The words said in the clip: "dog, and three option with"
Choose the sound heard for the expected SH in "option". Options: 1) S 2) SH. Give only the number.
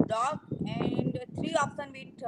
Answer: 1